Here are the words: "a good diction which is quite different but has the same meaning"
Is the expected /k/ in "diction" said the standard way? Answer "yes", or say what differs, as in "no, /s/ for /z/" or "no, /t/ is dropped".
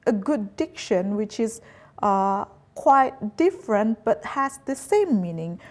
yes